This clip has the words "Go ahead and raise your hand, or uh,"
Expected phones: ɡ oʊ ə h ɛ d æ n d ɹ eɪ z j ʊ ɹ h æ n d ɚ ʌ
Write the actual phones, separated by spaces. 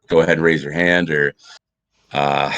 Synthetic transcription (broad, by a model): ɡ oʊ ə h ɛ d n ɹ eɪ z j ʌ ɹ h æ n d ɚ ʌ